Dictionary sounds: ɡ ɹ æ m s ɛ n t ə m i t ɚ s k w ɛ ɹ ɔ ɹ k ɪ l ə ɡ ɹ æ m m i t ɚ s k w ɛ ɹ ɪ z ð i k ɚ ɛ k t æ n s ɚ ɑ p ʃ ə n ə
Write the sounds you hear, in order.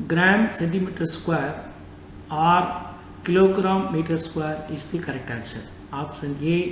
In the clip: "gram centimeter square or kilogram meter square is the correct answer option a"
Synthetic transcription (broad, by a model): ɡ ɹ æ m s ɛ n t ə m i t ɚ s k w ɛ ɹ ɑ ɹ k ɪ l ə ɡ ɹ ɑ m m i t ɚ s k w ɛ ɹ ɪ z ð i k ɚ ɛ k t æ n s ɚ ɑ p s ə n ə